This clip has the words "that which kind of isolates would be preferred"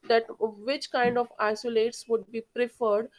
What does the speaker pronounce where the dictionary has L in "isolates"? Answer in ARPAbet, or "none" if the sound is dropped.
L